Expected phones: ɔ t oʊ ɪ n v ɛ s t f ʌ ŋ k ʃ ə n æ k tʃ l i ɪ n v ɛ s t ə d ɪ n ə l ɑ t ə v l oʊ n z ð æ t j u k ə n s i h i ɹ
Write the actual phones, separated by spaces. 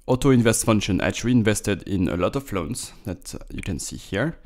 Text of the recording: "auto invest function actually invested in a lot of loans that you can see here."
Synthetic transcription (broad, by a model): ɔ t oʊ ɪ n v ɛ s t f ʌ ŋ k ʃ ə n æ tʃ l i ɪ n v ɛ s t ə d ɪ n ə l ɑ t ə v l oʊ n s ð æ t j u k ə n s i h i ɹ